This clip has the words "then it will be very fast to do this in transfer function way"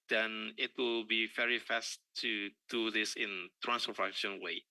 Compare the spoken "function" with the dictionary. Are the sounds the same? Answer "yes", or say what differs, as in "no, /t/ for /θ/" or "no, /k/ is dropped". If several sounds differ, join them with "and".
no, /ŋ/ is dropped